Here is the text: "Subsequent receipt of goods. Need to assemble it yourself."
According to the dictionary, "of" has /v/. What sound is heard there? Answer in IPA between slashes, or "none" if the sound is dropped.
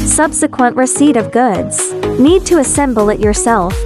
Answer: /v/